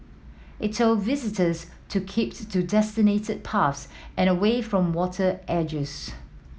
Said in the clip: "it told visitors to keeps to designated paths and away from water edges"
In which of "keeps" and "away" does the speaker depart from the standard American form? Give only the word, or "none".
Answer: keeps